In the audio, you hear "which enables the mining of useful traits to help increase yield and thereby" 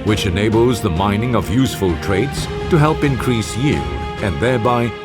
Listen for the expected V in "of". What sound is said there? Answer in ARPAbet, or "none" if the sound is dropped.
V